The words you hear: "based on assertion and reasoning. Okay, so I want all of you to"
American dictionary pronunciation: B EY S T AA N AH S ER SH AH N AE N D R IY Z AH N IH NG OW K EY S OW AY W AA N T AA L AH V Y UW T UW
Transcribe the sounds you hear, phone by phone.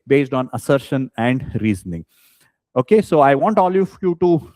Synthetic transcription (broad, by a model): B EY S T AA N AH S ER SH AH N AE N D R IY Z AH N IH NG OW K EY S OW AY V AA N T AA L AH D Y UW T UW